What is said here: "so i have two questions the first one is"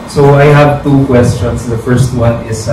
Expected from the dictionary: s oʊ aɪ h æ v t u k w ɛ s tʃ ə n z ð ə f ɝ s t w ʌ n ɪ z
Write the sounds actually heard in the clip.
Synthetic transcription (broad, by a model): s oʊ aɪ h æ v t u k w ɛ s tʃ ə n s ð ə f ɝ s t w ʌ n ɪ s